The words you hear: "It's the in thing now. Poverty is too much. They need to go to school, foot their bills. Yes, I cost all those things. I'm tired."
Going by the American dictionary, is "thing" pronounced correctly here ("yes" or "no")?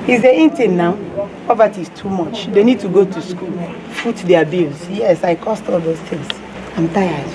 no